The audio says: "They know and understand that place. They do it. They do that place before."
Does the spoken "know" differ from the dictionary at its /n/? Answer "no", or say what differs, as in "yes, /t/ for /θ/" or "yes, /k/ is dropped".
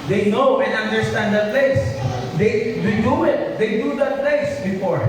no